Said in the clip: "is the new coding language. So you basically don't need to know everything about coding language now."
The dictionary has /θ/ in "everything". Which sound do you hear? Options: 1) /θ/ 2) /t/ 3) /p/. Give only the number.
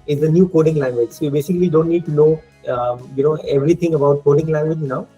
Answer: 2